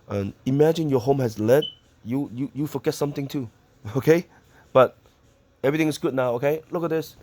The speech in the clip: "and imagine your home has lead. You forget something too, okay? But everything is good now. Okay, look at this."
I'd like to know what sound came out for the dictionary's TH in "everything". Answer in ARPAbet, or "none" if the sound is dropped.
T